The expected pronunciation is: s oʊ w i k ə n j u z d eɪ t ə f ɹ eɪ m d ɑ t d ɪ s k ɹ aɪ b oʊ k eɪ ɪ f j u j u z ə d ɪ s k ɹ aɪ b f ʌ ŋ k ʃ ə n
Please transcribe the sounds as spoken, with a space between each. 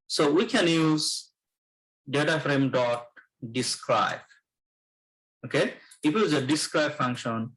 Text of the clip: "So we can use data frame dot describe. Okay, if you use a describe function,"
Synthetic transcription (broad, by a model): s oʊ w i k ə n j u z d eɪ t ə f ɹ eɪ m d ɑ t d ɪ s k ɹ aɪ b oʊ k eɪ ɪ f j j u z ə d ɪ s k ɹ aɪ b f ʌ ŋ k ʃ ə n